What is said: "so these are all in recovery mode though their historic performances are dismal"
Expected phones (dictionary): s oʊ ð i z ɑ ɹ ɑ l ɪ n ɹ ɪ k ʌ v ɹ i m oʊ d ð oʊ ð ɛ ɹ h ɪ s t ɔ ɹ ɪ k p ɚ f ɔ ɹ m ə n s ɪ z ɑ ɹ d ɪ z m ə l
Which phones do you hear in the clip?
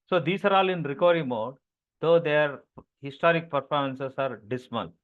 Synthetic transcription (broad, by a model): s oʊ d i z ɑ ɹ ɑ l ɪ n ɹ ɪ k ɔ ɹ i m oʊ d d oʊ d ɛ ɹ h ɪ s t ɔ ɹ ɪ k p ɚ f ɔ ɹ m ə n s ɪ s ɑ ɹ d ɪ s m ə l